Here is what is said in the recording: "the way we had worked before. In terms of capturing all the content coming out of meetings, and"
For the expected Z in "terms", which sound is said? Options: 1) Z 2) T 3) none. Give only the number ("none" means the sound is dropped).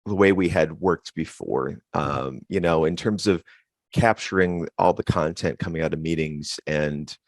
1